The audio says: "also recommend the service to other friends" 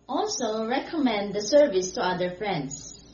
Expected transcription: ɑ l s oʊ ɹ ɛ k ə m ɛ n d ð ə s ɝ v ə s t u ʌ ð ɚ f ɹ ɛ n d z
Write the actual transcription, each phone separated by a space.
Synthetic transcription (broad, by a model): ɑ l s oʊ ɹ ɛ k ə m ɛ n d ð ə s ɝ v ə s t u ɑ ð ɚ f ɹ ɛ n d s